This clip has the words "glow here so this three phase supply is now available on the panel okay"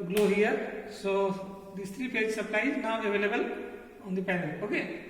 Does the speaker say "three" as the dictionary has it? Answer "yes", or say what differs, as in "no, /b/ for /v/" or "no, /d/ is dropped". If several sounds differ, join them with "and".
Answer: no, /t/ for /θ/